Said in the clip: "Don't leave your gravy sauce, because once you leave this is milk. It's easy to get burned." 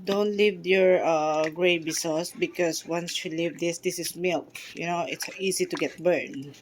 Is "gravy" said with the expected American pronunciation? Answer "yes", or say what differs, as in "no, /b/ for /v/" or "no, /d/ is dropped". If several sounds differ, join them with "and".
no, /b/ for /v/